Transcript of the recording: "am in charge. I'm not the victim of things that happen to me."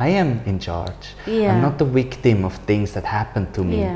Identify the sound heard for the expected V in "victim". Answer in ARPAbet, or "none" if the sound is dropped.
W